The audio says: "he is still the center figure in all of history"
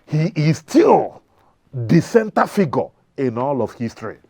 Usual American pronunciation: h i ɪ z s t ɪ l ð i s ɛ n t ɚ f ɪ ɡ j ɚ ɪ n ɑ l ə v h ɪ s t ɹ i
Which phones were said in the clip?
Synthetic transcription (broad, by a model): h i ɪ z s t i l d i s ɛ n t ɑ f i ɡ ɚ ɪ n ɑ l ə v h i s t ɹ i